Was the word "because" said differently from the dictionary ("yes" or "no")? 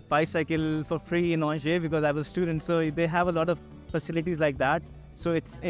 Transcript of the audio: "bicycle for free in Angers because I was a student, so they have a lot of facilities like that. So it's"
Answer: no